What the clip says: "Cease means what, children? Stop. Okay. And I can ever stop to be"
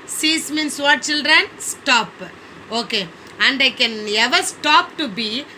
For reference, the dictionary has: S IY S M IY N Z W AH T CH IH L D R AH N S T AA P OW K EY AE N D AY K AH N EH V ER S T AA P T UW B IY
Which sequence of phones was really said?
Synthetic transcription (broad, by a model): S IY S M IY N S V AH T CH IH L D R AH N S T AA P OW K EY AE N D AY K AH N EH V ER S T AA P T UW B IY